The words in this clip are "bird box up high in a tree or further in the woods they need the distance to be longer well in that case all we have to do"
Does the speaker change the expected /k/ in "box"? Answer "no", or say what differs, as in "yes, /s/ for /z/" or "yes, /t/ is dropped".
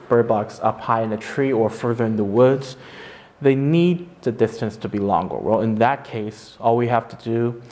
no